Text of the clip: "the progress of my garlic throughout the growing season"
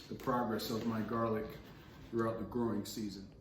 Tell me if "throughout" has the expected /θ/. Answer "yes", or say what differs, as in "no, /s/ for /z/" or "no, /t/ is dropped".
yes